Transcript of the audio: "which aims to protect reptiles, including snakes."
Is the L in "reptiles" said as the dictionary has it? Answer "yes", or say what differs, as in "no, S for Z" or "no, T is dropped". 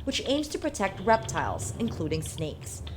yes